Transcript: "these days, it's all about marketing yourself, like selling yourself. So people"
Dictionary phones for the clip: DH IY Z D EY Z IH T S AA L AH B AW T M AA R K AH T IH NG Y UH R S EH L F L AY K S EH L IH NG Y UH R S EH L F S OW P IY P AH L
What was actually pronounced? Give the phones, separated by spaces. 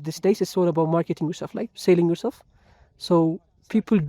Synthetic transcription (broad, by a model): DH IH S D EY S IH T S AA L AH B AW T M AA R K AH T IH NG Y UH R S EH L F L AY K S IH L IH NG Y UH R S EH L F S OW P IY P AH L